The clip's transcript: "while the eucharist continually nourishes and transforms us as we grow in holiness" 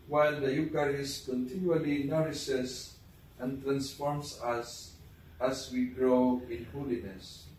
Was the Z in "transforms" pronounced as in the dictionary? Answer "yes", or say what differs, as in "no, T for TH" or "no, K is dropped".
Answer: no, S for Z